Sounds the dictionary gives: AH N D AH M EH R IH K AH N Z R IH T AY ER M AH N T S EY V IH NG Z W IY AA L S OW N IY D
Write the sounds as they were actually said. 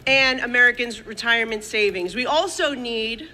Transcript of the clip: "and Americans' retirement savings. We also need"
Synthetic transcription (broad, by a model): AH N AH M EH R IH K AH N Z R IH T AY ER M AH N T S EY V IH NG Z W IY AA L S OW N IY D